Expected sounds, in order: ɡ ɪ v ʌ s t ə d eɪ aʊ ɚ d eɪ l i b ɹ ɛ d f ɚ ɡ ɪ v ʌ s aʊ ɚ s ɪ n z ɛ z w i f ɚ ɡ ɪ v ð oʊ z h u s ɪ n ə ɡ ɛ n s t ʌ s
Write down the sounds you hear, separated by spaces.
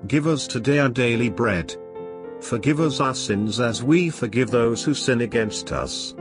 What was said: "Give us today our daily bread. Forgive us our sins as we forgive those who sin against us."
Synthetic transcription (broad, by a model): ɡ ɪ v ʌ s t ə d eɪ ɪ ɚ d eɪ l i b ɹ ɛ d f ɚ ɡ ɪ v ʌ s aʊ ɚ s ɪ n z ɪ z w i f ɚ ɡ ɪ v ð oʊ z h u s ɪ n ə ɡ ɛ n s t ʌ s